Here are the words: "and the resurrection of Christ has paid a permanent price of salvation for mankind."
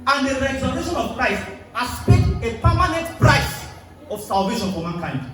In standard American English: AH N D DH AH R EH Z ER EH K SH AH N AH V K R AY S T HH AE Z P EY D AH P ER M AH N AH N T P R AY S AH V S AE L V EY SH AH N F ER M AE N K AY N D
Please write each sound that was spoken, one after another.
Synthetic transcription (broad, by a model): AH N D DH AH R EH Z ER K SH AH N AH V K R AY S T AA S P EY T AH P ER M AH N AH N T P R AY S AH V S AE L V EY SH AH N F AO M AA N K AY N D